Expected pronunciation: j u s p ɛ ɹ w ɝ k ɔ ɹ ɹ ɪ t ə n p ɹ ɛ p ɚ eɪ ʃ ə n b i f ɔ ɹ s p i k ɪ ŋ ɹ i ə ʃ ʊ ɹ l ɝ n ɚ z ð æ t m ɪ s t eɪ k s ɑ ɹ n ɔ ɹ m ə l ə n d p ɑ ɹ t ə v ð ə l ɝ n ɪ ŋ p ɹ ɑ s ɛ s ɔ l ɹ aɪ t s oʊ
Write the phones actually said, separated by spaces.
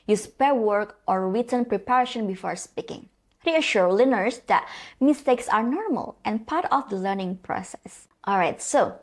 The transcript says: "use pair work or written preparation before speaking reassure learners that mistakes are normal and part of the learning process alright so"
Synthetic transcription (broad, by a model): j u s p ɛ ɹ w ɝ k ɔ ɹ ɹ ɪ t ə n p ɹ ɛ p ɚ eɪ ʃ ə n b i f ɔ ɹ s p i k ɪ ŋ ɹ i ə ʃ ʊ ɹ l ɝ n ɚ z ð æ t m ɪ s t eɪ k s ɑ ɹ n ɔ ɹ m ə l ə n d p ɑ ɹ t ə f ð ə l ɝ n ɪ ŋ p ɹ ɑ s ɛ s ɔ l ɹ aɪ t s oʊ